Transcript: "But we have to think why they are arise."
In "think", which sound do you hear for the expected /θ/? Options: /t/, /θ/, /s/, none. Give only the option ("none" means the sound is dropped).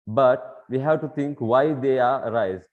/t/